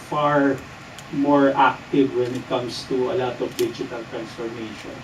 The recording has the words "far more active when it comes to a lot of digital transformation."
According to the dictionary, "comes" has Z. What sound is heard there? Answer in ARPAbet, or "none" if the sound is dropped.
S